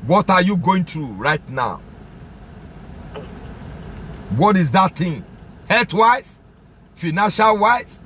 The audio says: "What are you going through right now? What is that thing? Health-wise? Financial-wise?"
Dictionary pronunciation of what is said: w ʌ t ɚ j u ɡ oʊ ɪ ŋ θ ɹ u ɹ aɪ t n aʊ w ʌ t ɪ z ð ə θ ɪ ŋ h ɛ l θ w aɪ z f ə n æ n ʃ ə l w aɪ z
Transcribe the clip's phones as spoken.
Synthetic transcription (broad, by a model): w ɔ t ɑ j u ɡ oʊ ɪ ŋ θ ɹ u ɹ aɪ t n aʊ w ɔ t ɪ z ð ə t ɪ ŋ h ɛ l t w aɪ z f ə n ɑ n ʃ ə l w aɪ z